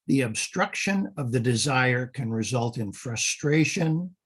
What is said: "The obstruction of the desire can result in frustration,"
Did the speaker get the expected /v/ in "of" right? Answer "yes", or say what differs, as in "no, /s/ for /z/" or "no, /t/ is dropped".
yes